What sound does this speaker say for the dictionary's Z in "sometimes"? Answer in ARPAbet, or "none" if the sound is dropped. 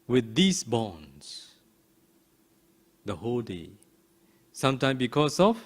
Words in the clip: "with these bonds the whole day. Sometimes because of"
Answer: none